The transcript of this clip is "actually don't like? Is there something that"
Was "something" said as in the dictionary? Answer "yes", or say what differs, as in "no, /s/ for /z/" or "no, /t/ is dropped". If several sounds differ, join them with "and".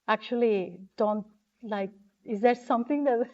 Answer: no, /t/ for /θ/